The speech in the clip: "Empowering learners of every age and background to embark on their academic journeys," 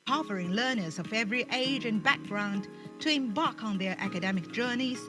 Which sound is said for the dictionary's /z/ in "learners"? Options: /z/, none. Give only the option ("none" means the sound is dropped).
/z/